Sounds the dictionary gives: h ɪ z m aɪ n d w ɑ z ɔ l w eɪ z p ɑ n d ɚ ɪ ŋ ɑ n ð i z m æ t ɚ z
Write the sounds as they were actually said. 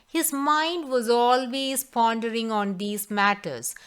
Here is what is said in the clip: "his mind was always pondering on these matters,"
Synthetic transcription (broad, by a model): h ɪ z m aɪ n d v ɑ z ɔ l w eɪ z p ɑ n d ɚ ɪ ŋ ɑ n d i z m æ t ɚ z